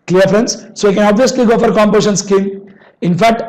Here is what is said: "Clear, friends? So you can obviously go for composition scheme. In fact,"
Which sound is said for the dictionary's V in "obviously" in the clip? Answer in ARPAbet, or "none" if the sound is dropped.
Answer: V